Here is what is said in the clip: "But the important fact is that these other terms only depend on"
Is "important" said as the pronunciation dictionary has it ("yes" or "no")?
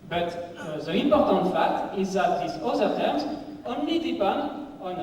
yes